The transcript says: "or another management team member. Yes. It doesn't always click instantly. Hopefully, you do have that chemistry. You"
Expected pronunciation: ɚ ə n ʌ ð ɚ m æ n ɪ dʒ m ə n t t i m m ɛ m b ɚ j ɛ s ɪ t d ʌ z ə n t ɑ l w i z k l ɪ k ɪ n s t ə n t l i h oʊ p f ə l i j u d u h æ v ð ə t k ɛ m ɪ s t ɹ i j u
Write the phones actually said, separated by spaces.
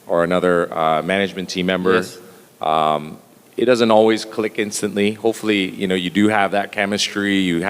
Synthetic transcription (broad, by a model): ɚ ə n ʌ ð ɚ m æ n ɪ dʒ m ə n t t i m m ɛ m b ɚ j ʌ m ɪ t d ʌ z ə n t ɑ l w i z k l ɪ k ɪ n s t ə n t l i h oʊ p f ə n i j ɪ d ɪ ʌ v ð ə t k ɛ m ɪ s t ɹ i j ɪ